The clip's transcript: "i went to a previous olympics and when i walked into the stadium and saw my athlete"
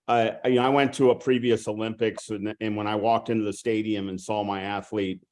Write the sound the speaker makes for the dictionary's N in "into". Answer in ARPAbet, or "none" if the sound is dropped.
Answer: N